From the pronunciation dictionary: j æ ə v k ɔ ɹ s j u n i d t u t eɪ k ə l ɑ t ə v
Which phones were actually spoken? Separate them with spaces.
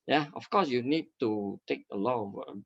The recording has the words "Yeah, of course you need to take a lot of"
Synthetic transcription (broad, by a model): j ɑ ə f k ɔ s j u n i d t u t eɪ k ə l ɑ t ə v